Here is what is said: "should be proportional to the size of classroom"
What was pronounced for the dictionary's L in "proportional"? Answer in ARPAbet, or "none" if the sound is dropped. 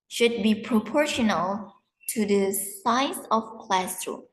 L